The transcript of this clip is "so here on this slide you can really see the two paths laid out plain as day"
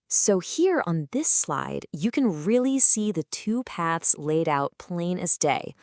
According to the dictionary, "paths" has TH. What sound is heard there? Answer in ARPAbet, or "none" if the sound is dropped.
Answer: TH